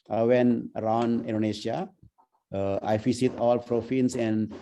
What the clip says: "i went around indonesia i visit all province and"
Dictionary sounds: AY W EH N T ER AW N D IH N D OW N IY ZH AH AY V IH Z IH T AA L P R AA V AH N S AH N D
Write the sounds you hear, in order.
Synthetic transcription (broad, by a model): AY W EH N ER AW N D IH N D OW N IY SH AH AY F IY S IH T AA L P R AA F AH N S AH N D